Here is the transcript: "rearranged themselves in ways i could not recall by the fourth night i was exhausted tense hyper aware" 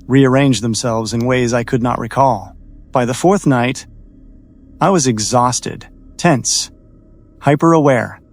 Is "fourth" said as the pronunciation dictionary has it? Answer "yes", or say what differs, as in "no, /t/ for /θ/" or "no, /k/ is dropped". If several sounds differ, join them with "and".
yes